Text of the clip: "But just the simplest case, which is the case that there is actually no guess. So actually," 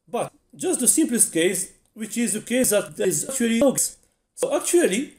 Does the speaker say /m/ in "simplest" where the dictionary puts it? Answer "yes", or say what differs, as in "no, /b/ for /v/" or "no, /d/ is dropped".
yes